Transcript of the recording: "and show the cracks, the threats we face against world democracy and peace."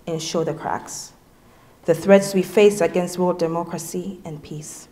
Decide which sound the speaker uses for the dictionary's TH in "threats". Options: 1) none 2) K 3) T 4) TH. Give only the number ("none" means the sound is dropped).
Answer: 4